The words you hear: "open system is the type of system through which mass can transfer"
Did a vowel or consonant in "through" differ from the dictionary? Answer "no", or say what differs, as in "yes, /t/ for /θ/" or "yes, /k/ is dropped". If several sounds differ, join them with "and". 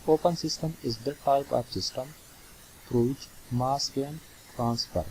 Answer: yes, /f/ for /θ/